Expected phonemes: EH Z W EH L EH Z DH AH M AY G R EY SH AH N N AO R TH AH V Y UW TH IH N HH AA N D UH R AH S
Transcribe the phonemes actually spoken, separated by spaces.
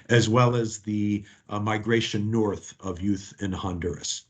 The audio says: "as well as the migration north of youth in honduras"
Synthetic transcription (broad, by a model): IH Z W EH L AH Z DH AH M AY G R EY SH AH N N AO R TH AH V Y UW TH IH N HH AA N D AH R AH S